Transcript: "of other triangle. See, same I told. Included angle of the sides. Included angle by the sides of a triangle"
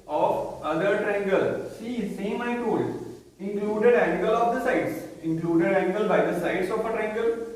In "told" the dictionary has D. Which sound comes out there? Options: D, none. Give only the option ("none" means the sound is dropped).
none